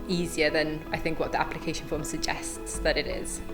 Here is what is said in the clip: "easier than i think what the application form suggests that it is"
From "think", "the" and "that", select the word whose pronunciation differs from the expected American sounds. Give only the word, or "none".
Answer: none